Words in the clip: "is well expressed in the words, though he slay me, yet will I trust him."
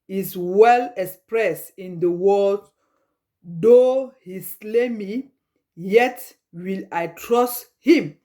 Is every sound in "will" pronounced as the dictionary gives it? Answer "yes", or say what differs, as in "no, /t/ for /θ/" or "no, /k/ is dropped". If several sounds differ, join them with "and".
yes